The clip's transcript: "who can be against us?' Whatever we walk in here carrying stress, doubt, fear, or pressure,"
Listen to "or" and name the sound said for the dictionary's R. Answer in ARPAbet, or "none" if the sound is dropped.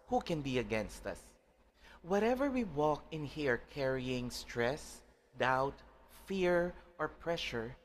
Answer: R